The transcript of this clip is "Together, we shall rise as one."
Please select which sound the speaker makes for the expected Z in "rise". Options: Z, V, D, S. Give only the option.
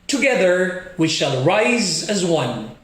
Z